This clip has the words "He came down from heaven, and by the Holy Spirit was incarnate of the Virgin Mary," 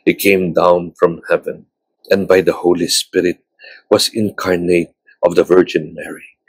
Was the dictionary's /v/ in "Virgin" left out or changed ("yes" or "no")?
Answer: no